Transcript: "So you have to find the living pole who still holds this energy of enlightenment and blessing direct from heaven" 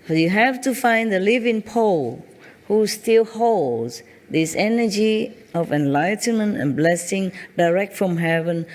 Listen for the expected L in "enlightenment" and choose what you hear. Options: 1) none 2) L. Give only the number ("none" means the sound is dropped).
2